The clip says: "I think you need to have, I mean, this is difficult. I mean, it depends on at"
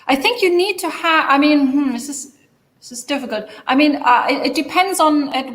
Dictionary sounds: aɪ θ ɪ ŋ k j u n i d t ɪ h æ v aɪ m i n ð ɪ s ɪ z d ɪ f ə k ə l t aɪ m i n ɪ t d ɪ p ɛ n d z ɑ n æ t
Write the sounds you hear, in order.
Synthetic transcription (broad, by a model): aɪ θ ɪ ŋ k j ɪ n i d t ɪ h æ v aɪ m i n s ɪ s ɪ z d ɪ f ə k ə l t aɪ m i n ɪ t d ɪ p ɛ n d z n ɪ t